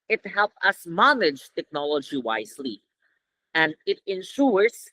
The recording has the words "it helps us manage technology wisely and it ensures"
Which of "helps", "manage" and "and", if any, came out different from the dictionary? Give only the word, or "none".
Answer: helps